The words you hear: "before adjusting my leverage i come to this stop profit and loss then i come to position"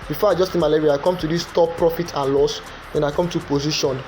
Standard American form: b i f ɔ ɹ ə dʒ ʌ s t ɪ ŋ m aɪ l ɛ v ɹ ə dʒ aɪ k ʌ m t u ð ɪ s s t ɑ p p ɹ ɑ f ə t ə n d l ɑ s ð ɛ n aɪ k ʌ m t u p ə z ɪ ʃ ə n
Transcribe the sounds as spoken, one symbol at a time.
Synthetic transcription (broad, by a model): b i f ɔ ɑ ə dʒ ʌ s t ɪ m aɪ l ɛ ɹ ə aɪ k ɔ m t u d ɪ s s t ɑ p p ɹ ɑ f ə t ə n l ɑ s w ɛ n aɪ k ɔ m t u p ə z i ʃ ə n